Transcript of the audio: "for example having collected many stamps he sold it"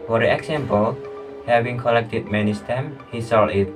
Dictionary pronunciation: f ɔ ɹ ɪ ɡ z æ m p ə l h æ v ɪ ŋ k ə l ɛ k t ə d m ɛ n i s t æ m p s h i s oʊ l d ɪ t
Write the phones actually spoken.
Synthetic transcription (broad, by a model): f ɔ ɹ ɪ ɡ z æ m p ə l h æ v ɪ ŋ k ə l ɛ k t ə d m ɛ n i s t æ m h i s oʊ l ɪ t